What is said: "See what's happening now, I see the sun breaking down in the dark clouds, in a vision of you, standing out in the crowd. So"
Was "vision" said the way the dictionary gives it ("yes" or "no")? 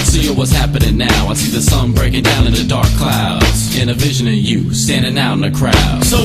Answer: yes